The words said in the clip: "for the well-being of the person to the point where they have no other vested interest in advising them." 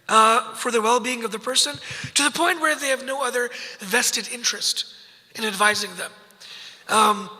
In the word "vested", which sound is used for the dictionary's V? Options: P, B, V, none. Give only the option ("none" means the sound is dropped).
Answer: V